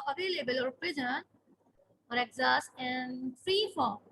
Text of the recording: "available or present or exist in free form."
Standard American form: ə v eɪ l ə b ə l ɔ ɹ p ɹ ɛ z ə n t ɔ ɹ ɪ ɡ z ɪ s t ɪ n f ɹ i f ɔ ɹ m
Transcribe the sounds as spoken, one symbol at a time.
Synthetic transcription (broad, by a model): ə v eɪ l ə b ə l ɔ ɹ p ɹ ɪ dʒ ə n ɔ ɹ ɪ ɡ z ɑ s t ɪ n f ɹ i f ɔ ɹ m